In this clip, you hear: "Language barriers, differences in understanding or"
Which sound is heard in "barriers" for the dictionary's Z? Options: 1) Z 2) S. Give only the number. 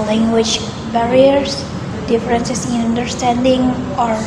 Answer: 2